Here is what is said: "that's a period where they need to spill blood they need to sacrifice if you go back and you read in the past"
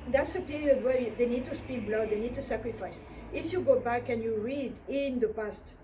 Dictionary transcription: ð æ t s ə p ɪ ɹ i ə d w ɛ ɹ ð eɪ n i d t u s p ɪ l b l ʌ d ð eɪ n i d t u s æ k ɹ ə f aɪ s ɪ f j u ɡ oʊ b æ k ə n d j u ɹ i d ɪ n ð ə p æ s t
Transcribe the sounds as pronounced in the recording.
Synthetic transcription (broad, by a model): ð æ t s ə p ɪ ɹ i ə d w ɛ ɹ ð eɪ n i d t u s p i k b l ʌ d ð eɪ n i d t u s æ k ɹ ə f aɪ s ɪ f j u ɡ oʊ b æ k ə n j u ɹ i d ɪ n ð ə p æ s t